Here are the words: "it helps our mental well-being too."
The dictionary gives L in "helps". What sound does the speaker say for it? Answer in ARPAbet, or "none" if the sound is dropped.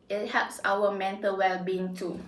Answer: none